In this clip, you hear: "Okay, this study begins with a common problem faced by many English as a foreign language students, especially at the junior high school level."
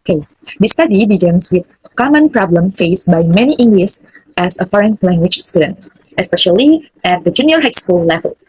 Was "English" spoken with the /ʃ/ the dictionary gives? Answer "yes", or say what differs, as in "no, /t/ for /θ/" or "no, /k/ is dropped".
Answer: no, /s/ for /ʃ/